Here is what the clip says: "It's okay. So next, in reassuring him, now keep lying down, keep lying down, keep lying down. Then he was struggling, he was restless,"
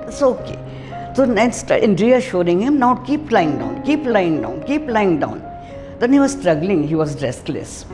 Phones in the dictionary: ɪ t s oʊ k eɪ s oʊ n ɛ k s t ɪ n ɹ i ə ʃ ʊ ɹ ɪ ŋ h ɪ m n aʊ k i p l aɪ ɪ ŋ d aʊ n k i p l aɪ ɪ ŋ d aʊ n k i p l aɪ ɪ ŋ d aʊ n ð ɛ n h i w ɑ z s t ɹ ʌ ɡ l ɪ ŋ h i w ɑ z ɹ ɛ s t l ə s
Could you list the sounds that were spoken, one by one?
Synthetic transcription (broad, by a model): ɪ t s oʊ k eɪ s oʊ n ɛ s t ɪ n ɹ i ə ʃ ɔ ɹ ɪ ŋ h ɪ m n aʊ k i p l aɪ ɪ ŋ d aʊ n k i p l aɪ ɪ ŋ d aʊ n k i p l aɪ ɪ ŋ d aʊ n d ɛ n h i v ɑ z s t ɹ ʌ ɡ l ɪ ŋ h i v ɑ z ɹ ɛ s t l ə s